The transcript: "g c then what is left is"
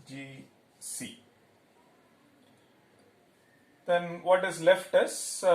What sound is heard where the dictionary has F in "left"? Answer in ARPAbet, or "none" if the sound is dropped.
F